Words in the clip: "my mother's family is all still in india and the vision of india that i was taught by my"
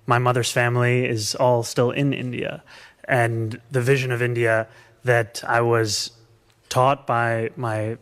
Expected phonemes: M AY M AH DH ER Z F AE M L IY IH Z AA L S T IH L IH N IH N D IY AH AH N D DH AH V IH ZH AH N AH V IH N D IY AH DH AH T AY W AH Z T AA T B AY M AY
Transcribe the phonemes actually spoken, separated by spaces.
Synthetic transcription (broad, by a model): M AY M AH DH ER Z F AE M L IY IH Z AA L S T IH L IH N IH N D IY AH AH N DH AH V IH ZH AH N AH V IH N D IY AH DH AH T AY W AH Z T AA T B AY M AY